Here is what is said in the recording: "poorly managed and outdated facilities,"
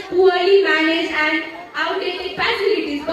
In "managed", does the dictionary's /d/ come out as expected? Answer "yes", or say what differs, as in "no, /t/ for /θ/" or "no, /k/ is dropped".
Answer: no, /d/ is dropped